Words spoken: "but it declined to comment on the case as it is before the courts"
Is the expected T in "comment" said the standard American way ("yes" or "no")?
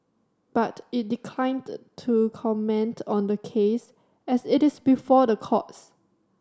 yes